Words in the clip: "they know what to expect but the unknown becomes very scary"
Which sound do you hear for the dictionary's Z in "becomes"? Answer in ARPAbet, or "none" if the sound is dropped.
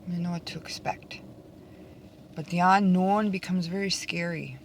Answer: Z